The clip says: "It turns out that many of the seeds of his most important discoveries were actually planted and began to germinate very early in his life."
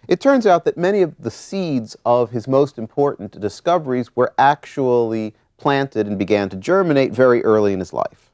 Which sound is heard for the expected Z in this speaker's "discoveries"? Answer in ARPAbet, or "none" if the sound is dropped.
Z